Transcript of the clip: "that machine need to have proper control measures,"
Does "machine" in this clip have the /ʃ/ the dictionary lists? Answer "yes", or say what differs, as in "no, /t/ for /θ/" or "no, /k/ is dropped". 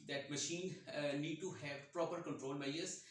yes